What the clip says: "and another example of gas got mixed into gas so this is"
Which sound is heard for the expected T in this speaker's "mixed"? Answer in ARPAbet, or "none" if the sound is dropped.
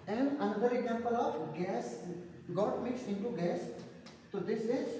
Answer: none